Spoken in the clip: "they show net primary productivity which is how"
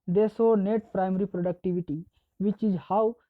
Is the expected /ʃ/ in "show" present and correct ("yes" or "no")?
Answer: no